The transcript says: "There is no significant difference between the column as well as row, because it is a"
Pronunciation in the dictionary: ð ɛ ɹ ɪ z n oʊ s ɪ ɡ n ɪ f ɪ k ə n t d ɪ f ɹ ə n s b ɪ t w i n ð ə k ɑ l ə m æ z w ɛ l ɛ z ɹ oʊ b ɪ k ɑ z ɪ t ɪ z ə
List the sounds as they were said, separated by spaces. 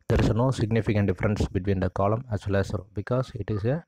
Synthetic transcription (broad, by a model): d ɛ ɹ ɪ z n oʊ s ɪ ɡ n ɪ f ɪ k ə n t d ɪ f ɹ ə n s b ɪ t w i n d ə k ɑ l ə m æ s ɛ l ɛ s ɹ oʊ b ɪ k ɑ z ɪ t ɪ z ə